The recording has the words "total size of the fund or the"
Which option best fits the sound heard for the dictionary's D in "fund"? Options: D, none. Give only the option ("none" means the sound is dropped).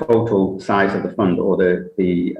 D